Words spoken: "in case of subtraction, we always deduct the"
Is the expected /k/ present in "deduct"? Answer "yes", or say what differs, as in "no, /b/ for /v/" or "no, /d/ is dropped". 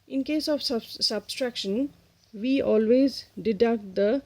no, /k/ is dropped